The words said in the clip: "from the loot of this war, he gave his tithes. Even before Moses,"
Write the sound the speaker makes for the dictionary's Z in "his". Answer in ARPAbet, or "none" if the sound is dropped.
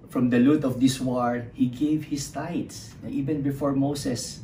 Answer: S